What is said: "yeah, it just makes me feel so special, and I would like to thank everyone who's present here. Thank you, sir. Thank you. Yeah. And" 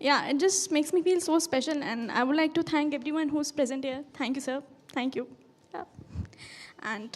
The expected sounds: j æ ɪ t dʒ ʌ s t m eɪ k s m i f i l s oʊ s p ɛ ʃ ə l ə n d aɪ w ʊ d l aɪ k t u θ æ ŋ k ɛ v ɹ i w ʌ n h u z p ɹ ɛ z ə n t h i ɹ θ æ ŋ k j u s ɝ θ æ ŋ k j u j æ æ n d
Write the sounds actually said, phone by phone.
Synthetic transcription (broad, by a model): j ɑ ɪ t dʒ ʌ s t m eɪ k s m i f i l s oʊ s p ɛ ʃ ə l ə n d aɪ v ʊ d l aɪ k t u t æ ŋ k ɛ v ɹ i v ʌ n h u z p ɹ ɛ z ə n t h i ɹ t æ ŋ k j u s ɝ t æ ŋ k j u j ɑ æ n d